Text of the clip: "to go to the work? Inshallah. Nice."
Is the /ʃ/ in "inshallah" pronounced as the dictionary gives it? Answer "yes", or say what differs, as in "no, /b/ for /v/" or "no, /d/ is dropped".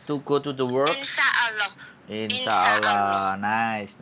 no, /s/ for /ʃ/